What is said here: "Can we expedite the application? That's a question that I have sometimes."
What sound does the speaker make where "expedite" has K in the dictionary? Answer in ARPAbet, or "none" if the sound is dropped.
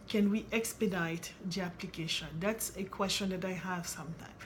K